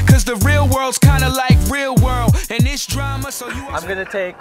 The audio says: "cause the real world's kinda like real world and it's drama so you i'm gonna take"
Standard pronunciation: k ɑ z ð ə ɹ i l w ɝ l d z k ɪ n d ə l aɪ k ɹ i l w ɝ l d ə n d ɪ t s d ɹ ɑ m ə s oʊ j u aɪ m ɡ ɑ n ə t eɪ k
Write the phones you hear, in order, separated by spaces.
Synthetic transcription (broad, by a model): k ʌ z ð ə ɹ i l w ɝ l d z k ɪ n d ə l aɪ k ɹ i l w ɝ l d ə n ɪ t s d ɹ ɑ m ə s oʊ j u aɪ m ɡ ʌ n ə t eɪ k